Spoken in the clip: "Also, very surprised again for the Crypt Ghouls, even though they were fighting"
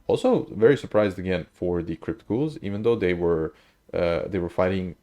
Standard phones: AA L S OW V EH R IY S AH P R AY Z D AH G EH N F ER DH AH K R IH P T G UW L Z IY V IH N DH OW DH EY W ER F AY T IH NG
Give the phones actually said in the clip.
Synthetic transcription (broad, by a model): AA L S OW V EH R IY S AH P R AY Z D AH G EH N F ER DH AH K R IH P T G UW L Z IY V IH N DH OW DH EY W ER F AY T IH NG